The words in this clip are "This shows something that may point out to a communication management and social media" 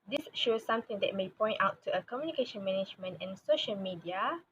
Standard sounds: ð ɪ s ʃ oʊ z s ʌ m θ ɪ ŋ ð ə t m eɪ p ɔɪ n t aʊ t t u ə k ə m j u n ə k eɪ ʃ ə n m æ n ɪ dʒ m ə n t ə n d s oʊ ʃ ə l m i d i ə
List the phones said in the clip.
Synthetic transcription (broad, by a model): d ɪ s ʃ oʊ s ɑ m t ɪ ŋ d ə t m eɪ p ɔɪ n t aʊ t t u ə k ə m j u n ə k eɪ ʃ ə n m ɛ n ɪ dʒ m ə n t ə n s oʊ ʃ ə l m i d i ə